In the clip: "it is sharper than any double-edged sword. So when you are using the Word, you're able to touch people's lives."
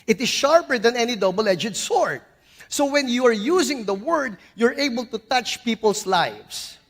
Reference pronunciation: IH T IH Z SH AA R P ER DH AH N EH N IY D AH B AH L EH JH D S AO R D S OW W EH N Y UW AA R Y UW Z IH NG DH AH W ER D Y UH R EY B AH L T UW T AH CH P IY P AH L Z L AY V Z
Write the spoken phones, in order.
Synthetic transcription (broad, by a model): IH T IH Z SH AA R P ER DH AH N EH N IY D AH B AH L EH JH D S AO R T S OW W EH N Y UW AA R Y UW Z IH NG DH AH W ER D Y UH R EY B AH L T UW T AH CH P IY P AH L S L AY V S